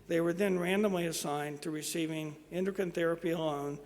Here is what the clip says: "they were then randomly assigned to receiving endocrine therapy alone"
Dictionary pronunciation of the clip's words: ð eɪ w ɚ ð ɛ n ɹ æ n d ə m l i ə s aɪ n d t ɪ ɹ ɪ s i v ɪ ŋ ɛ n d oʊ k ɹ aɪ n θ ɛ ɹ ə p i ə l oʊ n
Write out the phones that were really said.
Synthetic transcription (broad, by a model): ð eɪ w ɚ ð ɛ n ɹ æ n d ə m l i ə s aɪ n t ɪ ɹ ɪ s i v ɪ ŋ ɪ n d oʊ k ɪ n θ ɛ ɹ ə p i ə l oʊ n